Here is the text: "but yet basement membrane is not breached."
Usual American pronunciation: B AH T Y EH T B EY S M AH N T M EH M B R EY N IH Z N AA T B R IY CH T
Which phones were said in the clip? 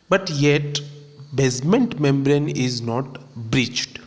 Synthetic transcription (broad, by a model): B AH T Y EH T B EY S M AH N T M EH M B R EY N IH Z N AA T B R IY CH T